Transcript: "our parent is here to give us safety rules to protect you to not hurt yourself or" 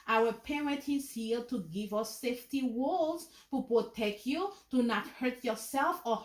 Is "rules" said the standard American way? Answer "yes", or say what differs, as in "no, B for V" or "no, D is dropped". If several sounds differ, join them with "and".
no, W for R